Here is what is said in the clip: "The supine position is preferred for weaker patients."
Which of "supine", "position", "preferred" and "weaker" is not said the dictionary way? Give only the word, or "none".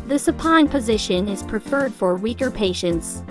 none